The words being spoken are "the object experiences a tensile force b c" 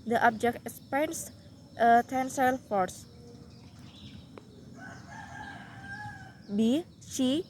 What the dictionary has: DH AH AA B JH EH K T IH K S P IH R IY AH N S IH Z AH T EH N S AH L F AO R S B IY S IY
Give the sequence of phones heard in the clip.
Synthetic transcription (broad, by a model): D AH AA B JH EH K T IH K S P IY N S AH T EH N S AH L F AO R S B IY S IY